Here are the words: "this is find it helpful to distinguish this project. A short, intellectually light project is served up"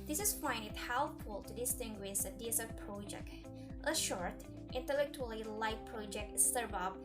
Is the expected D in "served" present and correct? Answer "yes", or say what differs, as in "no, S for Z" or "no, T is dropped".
no, D is dropped